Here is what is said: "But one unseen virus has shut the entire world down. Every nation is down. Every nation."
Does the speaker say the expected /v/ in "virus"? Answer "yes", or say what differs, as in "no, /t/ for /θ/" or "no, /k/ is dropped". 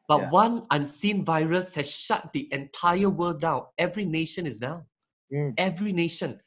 yes